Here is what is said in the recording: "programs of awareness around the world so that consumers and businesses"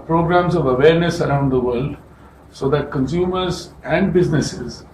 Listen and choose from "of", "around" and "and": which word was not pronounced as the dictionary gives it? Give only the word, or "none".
none